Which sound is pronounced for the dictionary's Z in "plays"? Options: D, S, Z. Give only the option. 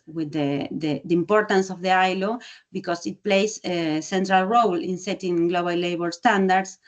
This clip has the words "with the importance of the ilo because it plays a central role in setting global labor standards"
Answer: S